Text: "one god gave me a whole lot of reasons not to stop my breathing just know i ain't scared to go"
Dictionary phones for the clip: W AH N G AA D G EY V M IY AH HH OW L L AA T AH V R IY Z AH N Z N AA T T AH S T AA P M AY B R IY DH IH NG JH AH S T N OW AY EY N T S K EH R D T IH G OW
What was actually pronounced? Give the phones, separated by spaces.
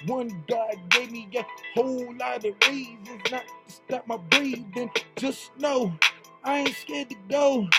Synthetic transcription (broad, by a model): W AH N G AA D G EY V M IY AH HH OW L L AA T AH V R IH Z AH Z N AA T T S T AA P M AY B R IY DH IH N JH AH S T N OW AY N S K EH R D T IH G OW